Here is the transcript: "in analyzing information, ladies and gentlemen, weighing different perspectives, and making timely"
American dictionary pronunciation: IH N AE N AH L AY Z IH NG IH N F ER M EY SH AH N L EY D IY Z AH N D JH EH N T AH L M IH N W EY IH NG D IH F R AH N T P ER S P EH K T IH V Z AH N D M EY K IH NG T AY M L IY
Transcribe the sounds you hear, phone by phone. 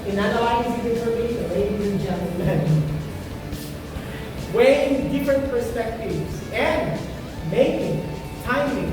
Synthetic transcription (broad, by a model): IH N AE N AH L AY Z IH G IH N ER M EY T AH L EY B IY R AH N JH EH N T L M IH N W EY IH NG D IH F R AH N T P ER S P EH K T IH V Z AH N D M EY K IH NG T AY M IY